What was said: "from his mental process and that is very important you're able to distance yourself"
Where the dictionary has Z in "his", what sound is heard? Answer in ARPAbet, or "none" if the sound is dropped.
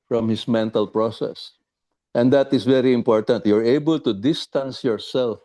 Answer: S